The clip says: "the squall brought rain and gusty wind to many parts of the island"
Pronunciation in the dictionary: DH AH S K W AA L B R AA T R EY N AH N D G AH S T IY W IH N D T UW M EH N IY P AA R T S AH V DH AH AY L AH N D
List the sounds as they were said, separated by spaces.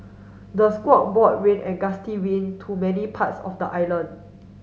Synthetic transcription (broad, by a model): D AH S K W AA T B AA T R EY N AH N G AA S T IY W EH N T UW M EH N IY P AA T S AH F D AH AY L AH N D